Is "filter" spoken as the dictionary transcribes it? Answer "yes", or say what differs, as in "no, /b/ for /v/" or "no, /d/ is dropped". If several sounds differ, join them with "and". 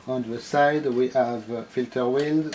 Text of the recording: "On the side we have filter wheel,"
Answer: yes